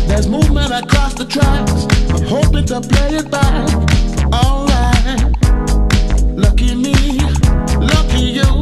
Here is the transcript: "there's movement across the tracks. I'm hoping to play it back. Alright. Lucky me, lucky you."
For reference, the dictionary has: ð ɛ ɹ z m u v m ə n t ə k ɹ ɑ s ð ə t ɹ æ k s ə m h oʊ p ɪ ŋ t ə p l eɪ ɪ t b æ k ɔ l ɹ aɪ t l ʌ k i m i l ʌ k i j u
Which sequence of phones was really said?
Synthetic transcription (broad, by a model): ð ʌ ɹ z m u v m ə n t ə k ɹ ɑ s ð ə t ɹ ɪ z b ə h oʊ p ɪ ŋ t ə p l eɪ ɪ t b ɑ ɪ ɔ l aɪ l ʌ k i m i l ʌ k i j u